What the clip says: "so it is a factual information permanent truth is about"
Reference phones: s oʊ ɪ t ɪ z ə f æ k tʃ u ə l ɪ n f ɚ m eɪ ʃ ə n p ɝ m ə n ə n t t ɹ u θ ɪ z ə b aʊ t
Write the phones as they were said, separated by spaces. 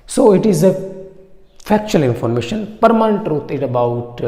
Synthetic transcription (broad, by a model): s oʊ ɪ t ɪ z ə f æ k tʃ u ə l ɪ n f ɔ m eɪ ʃ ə n p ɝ m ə n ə n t t ɹ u t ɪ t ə b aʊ t